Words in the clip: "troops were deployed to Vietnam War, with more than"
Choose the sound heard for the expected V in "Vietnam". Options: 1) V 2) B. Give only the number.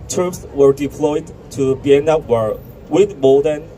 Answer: 2